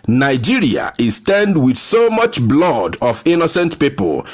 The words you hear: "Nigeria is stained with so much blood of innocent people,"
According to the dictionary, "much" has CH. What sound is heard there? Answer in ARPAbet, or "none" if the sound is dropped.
CH